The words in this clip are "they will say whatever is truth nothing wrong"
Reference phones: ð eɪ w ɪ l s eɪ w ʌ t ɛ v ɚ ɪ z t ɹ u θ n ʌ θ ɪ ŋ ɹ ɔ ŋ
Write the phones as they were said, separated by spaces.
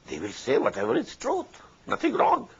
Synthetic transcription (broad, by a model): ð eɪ w ɪ l s eɪ w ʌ t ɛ v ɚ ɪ s t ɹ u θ n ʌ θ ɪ ŋ ɹ ɔ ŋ